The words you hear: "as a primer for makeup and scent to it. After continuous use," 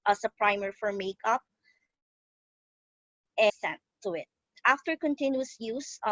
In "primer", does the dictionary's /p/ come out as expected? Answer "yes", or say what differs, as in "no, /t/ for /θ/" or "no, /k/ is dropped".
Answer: yes